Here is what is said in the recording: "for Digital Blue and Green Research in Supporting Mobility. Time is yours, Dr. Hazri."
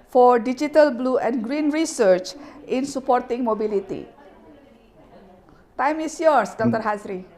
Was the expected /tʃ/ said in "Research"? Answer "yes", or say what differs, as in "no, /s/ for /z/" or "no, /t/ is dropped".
yes